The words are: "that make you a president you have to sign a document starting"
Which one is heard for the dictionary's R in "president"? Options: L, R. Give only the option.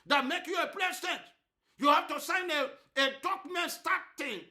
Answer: L